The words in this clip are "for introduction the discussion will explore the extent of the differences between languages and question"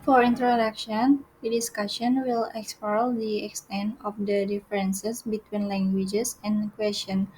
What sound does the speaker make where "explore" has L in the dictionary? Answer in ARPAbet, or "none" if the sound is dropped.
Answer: none